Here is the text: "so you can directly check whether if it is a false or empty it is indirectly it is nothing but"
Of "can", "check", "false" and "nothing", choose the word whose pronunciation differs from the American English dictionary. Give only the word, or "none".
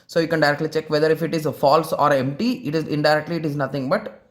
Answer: nothing